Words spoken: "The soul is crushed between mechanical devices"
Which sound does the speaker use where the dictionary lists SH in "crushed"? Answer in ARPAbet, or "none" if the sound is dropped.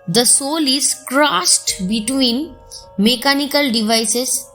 S